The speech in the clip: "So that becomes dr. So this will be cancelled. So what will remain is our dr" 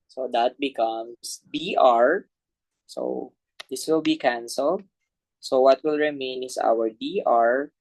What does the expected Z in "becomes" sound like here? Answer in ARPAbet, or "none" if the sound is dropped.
S